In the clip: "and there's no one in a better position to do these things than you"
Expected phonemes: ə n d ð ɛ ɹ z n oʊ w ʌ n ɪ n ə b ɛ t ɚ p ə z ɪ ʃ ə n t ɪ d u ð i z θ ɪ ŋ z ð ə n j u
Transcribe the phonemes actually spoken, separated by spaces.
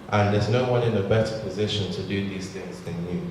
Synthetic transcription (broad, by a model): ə n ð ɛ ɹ z n oʊ w ʌ n ɪ n ə b ɛ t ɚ p ə z ɪ ʃ ə n t ɪ d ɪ ð i z θ ɪ ŋ z ð ə n j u